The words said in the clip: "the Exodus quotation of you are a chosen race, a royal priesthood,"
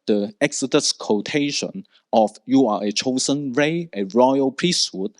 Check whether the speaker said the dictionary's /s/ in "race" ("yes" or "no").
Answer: no